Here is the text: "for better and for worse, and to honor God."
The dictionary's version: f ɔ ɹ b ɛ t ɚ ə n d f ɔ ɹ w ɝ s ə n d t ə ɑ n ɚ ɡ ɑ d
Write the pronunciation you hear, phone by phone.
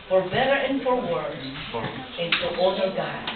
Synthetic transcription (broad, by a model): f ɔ ɹ b ɛ t ɚ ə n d f ɔ ɹ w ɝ ə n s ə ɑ ɚ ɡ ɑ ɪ